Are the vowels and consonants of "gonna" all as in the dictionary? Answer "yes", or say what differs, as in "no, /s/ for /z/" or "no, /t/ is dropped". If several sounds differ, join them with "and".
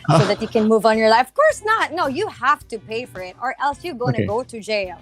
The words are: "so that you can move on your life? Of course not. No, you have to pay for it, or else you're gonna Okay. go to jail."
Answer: no, /n/ is dropped